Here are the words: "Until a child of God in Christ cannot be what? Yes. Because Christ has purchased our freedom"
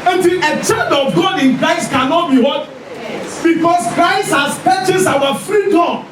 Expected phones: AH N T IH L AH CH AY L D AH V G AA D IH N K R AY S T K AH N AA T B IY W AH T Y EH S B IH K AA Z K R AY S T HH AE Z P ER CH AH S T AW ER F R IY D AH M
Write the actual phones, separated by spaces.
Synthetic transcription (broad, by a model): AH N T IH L AH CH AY D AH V G AA D IH N K R AY S T K AH N AA T B IY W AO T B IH K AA S K R AY S T HH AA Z P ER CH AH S AW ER F R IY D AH